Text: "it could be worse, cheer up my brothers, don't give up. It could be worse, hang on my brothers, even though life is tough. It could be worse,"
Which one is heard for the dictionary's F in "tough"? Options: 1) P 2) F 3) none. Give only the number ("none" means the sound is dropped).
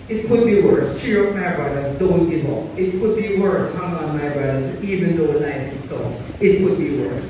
3